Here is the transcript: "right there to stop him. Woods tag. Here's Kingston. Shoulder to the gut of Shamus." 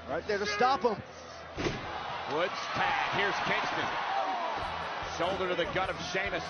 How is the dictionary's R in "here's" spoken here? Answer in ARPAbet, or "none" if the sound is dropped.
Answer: R